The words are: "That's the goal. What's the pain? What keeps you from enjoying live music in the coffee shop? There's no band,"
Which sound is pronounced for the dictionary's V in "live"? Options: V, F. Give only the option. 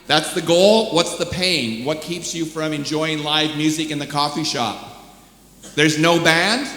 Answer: V